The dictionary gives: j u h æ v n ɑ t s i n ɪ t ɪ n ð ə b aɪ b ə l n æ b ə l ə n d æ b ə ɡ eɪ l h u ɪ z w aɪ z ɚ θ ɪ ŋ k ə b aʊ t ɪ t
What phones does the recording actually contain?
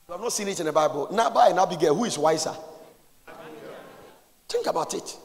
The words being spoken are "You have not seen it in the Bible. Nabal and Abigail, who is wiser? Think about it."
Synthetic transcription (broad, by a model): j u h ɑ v n ɑ t s i n ɪ t ɪ n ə b aɪ b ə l n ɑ b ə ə n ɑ b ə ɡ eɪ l h u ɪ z w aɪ s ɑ t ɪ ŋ k ə b aʊ t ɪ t